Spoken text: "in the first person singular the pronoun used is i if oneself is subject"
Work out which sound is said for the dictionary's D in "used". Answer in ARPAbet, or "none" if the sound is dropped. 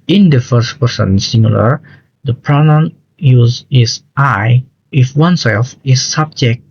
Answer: none